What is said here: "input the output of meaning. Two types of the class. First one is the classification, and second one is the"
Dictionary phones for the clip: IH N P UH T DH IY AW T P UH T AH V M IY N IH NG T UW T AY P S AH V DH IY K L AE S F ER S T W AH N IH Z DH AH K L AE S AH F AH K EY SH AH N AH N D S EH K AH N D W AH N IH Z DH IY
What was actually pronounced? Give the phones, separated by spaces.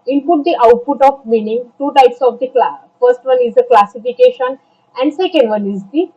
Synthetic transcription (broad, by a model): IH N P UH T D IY AW T P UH T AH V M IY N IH NG T UW T AY P S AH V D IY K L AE F ER S T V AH N IH Z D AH K L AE S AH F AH K EY SH AH N AH N D S EH K AH N D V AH N IH Z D IY